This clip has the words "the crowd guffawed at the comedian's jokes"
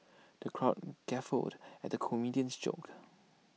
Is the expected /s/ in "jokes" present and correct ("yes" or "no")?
no